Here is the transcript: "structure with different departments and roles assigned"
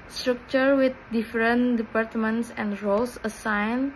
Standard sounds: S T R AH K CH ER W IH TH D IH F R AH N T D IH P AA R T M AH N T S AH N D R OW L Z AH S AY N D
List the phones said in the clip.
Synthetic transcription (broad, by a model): S T R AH K CH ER W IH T D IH F R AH N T D IH P AA R T M AH N T S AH N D R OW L S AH S AY N